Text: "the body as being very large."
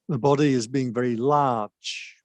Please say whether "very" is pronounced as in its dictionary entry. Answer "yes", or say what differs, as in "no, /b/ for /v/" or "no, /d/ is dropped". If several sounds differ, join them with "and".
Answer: yes